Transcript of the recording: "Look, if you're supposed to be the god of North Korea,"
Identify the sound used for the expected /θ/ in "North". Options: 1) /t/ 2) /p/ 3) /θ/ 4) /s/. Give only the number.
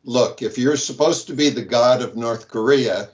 3